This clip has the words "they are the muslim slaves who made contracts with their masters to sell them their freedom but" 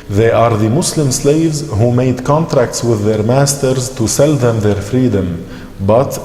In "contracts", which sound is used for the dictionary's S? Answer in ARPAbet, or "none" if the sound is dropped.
S